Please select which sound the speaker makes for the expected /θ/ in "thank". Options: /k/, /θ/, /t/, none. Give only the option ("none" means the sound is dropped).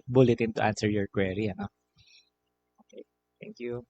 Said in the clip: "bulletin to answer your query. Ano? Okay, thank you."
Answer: /t/